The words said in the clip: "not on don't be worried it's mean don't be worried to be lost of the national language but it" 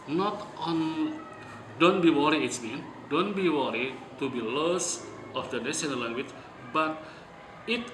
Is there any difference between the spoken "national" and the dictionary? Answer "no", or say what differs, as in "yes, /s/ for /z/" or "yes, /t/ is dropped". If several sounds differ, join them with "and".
yes, /n/ is dropped and /n/ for /l/